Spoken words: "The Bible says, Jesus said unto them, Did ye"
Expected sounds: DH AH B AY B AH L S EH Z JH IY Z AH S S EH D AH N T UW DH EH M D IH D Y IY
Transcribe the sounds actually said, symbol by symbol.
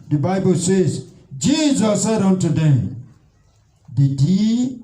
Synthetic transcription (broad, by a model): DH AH B AY B AH L S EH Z JH IY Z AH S S EH D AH N T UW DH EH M D IH D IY